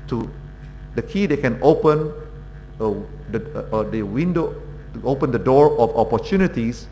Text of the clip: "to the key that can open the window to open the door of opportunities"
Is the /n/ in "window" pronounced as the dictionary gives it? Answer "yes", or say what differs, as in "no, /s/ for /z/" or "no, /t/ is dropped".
no, /n/ is dropped